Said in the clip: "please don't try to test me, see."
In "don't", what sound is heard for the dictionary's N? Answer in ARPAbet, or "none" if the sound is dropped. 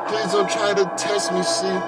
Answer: L